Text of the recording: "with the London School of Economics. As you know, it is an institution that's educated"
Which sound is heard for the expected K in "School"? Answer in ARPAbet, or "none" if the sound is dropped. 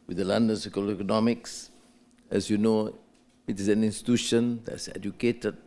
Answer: none